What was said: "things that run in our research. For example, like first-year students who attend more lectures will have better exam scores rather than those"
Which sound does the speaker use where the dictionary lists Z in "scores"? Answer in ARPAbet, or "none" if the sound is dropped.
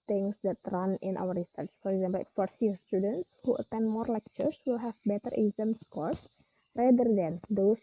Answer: S